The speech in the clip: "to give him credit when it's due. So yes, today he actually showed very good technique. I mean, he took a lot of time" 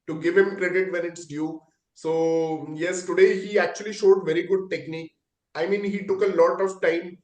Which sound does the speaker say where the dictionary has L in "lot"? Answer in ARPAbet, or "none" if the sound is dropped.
L